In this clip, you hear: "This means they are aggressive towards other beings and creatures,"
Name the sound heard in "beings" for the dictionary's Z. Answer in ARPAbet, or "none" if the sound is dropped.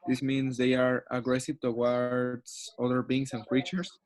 S